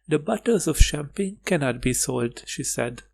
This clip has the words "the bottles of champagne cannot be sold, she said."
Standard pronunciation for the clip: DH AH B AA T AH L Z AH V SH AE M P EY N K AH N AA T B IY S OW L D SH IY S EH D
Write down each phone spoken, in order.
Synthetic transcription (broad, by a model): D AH B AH T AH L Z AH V SH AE M P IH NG K AH N AA T B IY S OW L D SH IY S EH D